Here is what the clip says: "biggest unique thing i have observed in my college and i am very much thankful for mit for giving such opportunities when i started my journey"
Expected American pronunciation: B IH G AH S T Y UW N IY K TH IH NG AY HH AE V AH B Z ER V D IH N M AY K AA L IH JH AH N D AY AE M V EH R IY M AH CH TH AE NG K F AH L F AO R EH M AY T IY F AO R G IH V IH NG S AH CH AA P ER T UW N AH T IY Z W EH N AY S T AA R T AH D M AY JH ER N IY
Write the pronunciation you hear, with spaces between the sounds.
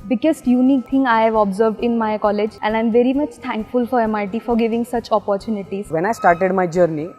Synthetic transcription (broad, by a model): B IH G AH S T Y UW N IY K T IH NG AY HH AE V AH B Z ER V D IH N M AY K AA L IH JH AH N D AY M V EH R IY M AH CH T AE NG K F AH L F AO R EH M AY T IY F AO R G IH V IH NG S AH CH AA P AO T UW N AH T IY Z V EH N AY S T AA R T AH D M AY JH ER N IY